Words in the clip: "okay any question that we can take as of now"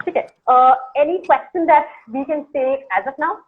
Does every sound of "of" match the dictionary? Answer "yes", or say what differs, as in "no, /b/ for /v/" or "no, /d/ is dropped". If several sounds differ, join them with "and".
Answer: no, /p/ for /v/